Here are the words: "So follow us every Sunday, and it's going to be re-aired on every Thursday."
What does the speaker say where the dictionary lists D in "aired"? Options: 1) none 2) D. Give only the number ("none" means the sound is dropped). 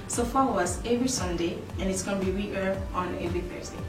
1